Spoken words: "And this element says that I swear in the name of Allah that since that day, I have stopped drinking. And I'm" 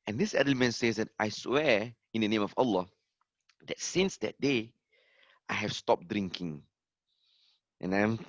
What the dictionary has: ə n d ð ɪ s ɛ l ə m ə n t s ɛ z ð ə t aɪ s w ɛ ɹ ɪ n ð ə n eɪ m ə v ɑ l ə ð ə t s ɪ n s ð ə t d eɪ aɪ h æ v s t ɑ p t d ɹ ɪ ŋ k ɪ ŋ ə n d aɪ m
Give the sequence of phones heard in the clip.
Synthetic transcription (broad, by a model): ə n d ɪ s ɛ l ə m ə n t s ɛ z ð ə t aɪ s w ɛ ɪ n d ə n eɪ m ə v ɑ l ə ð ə t s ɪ n s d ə t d eɪ aɪ h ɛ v s t ɑ p d ɹ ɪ ŋ k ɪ ŋ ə n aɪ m